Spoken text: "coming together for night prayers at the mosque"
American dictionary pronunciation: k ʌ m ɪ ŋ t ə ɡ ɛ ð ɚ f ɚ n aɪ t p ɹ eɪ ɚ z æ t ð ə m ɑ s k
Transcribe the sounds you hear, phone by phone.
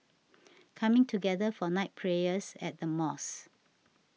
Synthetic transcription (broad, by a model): k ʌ m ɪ ŋ t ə ɡ ɛ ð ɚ f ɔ n aɪ t p ɹ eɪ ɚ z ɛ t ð ə m ɑ s